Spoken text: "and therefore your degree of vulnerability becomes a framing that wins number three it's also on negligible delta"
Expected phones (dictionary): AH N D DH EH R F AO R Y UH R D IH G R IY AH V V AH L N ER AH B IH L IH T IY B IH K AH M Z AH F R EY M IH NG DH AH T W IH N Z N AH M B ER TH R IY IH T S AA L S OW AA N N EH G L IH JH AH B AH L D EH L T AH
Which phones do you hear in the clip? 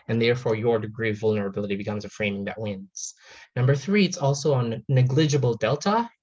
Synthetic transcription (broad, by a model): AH N DH EH R F AO R Y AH R D IH G R IY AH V V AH L N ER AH B IH L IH T IY B IH K AH M Z AH F R EY M IH NG DH AH T W IH N Z N AH M B ER TH R IY IH T S AA L S OW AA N N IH G L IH JH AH B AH L D EH L T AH